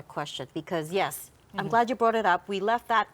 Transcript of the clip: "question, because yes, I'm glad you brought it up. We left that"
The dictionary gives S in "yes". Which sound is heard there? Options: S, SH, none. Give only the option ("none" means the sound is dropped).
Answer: S